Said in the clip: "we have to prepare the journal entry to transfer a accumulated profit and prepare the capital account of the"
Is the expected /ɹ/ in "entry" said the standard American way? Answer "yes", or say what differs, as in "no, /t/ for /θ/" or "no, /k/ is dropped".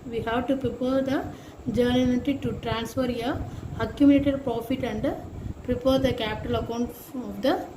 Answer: no, /ɹ/ is dropped